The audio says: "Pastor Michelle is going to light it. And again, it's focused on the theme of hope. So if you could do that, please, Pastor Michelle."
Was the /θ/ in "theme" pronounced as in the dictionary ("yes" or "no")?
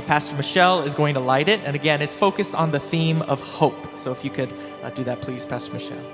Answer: yes